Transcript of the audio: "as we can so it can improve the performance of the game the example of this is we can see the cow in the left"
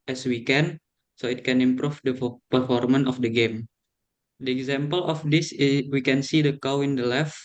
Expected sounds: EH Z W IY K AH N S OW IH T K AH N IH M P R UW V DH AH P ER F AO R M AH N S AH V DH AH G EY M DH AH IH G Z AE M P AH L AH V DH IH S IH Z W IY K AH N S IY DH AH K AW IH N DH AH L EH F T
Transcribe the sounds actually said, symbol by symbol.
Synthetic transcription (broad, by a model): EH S W IY K AH N S OW IH T K AH N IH M P R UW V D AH P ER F AO R M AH N AH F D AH G EY M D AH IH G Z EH M P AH L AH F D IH S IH W IY K AH N S IY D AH K AW IH N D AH L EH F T